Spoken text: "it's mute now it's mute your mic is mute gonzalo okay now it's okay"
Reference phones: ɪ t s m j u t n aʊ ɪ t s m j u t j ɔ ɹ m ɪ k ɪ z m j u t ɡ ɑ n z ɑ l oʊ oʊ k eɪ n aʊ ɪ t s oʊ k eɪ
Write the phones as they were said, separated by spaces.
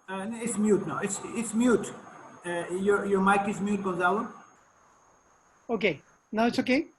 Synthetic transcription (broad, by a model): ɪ t s m j u t n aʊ ɪ t s m j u t j ɔ ɹ m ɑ k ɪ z m j u t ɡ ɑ z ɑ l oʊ oʊ k eɪ n aʊ ɪ t s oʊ k eɪ